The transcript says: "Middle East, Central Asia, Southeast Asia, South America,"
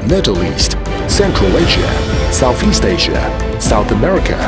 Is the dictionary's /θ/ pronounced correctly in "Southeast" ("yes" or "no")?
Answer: yes